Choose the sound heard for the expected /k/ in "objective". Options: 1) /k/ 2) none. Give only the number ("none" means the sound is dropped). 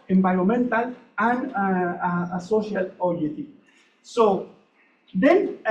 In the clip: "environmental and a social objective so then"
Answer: 2